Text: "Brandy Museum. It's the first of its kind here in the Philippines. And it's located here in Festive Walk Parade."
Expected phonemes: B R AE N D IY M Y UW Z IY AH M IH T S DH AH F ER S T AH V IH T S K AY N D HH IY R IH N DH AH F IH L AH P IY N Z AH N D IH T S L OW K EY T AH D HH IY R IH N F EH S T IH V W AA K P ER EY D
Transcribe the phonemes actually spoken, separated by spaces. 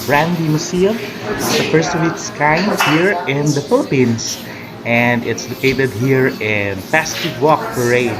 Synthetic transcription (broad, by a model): B R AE N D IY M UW S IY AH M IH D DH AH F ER S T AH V IH T S K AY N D HH IY R IH N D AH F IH L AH P IY N S AH N D IH T S L OW K EY T AH D HH IY R IH N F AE S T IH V W AA K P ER EY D